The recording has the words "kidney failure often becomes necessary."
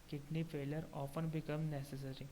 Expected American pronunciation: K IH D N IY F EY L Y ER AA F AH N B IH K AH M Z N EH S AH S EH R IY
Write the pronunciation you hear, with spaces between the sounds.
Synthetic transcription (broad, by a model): K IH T N IY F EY L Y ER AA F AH N B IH K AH M N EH S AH S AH R IY